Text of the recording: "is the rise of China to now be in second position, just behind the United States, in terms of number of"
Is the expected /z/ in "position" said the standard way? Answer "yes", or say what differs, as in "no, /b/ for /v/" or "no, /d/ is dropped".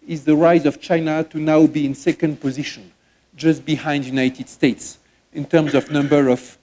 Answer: yes